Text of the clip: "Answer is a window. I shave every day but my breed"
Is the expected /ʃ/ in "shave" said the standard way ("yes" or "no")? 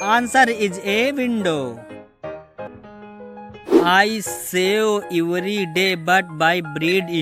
no